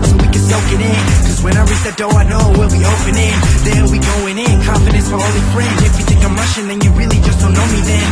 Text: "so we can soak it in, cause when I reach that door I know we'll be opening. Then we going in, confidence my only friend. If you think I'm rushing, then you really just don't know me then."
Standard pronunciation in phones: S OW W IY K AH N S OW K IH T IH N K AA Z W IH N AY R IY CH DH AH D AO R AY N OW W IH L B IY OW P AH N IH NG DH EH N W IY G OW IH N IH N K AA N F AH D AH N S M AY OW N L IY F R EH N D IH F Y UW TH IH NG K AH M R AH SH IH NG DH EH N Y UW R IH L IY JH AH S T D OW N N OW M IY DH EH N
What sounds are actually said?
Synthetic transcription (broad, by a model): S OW W IY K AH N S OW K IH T IH N K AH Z W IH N AY R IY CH DH AH D AO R AY N OW W IH L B IY OW P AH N IH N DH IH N W IY G OW IH N IH N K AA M F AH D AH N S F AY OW L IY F R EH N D IH F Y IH T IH K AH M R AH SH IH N DH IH N Y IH R IH L IY JH AH S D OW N N OW M IY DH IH N